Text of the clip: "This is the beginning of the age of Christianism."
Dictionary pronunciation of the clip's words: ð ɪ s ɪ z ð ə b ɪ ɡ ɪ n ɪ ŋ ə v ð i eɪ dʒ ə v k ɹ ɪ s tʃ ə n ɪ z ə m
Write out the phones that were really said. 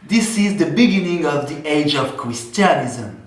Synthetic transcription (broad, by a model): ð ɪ s ɪ z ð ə b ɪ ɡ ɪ n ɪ ŋ ə v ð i eɪ dʒ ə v k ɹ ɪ s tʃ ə n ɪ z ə m